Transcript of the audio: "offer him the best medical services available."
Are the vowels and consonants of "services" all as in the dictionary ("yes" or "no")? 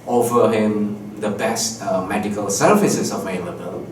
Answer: no